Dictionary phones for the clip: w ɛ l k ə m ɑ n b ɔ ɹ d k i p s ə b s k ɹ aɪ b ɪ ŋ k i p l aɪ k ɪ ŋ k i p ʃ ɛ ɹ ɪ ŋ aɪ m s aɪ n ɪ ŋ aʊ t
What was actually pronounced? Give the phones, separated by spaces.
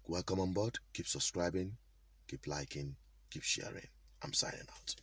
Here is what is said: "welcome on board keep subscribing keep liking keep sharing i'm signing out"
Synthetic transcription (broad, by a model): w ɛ l k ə m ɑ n b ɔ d k i p s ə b s k ɹ aɪ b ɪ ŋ k i p l aɪ k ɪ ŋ k i p ʃ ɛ ɹ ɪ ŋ aɪ m s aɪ ɪ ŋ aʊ t